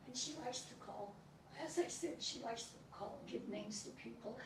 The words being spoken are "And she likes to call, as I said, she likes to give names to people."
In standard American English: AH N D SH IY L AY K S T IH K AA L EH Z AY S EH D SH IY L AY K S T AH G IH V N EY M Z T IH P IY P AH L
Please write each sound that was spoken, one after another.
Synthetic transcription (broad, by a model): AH N SH IY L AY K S T IH K AA L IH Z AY TH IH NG SH IY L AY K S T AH G IH V N EY M Z T IH P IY P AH L